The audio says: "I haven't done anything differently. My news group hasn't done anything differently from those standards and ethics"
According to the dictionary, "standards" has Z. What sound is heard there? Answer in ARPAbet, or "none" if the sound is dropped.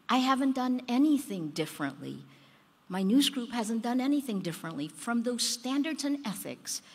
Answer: Z